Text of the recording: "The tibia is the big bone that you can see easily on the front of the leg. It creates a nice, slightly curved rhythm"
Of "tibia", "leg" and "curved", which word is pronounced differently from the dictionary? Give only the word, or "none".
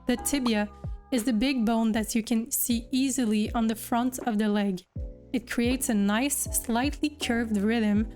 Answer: none